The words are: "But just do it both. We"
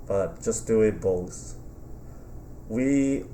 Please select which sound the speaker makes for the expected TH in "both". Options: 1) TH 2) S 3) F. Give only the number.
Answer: 2